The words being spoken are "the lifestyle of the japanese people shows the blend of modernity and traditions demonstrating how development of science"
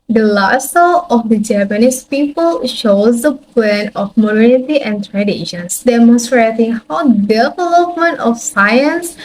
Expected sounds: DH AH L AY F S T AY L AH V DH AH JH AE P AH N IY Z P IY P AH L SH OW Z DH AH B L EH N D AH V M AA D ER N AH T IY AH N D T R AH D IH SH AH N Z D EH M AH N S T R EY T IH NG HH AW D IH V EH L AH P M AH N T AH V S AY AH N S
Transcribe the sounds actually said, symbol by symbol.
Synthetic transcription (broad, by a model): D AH L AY S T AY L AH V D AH JH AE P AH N IY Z P IY P AH L SH OW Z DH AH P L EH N AH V M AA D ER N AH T IY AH N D T R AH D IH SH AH N S D EH M AH N S T R EY T IH NG HH AW D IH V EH L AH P M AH N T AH F S AY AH N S